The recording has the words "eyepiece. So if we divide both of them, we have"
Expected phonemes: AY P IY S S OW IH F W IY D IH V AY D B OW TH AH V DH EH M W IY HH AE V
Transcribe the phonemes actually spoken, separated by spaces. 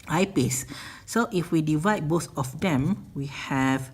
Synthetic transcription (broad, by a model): AY P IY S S OW IH F W IY D IH V AY D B OW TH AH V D EH M W IY HH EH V